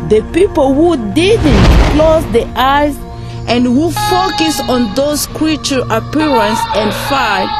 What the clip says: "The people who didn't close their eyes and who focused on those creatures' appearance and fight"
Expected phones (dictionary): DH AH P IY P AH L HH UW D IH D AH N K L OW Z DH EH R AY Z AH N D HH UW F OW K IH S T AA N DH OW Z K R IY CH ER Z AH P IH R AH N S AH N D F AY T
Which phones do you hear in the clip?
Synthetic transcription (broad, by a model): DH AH P IY P AH L HH UW D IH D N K L OW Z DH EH AY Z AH N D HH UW F OW K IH S AA N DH OW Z K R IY CH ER AH P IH R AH N S AH N D F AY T